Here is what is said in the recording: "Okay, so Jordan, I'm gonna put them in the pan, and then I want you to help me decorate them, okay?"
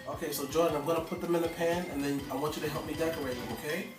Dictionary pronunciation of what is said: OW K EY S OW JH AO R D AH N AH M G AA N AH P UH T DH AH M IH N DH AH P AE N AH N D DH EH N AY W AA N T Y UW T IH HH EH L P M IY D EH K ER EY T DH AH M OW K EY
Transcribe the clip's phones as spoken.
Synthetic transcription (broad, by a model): OW K EY S OW JH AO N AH AH M G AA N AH P UH T DH AH M IH N DH AH P AE N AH N DH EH N AY W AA N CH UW T IH HH EH L P M IY D EH K ER EY T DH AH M OW K EY